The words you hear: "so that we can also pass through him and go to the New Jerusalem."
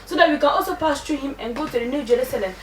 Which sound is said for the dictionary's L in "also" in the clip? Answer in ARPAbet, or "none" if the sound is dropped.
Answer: L